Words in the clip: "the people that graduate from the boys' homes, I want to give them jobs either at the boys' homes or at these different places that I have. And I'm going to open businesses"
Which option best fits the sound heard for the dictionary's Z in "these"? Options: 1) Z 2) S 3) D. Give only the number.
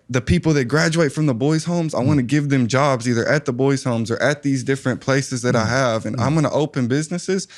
1